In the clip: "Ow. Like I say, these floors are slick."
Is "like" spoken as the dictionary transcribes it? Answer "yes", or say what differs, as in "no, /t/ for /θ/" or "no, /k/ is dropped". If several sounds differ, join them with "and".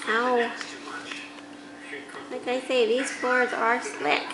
yes